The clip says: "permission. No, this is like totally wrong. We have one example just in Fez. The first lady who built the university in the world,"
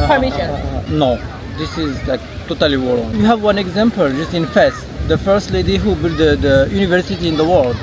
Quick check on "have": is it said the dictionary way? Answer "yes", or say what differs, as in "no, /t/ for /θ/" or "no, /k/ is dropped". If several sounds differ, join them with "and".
yes